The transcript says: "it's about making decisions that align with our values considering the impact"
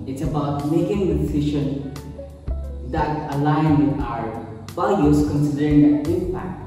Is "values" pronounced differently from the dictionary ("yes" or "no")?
yes